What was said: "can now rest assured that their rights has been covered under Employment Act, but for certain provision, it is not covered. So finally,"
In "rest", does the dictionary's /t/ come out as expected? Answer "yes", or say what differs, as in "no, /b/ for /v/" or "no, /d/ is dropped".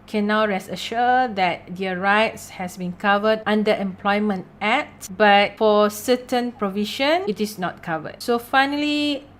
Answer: no, /t/ is dropped